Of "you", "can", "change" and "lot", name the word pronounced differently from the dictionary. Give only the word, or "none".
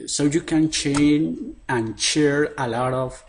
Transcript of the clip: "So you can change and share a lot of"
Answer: change